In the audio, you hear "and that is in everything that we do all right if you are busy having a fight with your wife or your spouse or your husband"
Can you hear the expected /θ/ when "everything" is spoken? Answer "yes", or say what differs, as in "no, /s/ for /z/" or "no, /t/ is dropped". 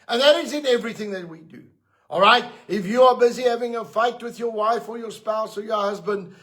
yes